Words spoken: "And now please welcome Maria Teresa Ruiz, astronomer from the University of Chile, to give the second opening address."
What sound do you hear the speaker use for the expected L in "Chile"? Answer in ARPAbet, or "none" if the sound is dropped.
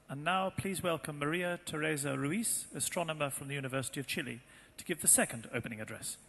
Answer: L